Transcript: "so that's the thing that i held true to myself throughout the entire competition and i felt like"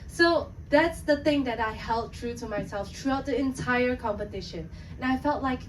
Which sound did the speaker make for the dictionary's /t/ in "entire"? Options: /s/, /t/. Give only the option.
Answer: /t/